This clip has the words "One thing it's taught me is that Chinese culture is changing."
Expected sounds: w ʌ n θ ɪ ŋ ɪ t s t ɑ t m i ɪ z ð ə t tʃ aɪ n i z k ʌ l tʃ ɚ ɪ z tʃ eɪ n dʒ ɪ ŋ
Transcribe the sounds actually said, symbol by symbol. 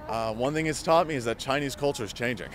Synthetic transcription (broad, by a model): w ʌ n θ ɪ ŋ ɪ t s t ɑ t m i ɪ z ð ə t tʃ aɪ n i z k ʌ l tʃ ɚ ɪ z tʃ eɪ n dʒ ɪ ŋ